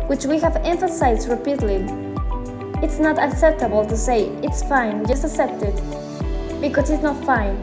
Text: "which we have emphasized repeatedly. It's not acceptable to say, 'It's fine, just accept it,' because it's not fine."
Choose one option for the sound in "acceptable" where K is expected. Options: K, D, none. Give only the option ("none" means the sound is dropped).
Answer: K